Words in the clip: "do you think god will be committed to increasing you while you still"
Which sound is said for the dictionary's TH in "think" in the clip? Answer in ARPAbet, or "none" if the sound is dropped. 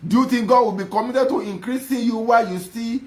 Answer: T